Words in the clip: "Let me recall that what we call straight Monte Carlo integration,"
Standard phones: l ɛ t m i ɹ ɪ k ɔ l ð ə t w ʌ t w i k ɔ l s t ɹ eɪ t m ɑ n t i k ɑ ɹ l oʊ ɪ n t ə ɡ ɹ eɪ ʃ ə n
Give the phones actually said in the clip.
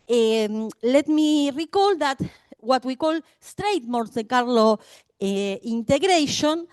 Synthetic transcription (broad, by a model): l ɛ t m i ɹ ɪ k ɔ l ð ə t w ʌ t w i k ɔ l s t ɹ eɪ t m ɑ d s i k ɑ ɹ l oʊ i n t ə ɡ ɹ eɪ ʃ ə n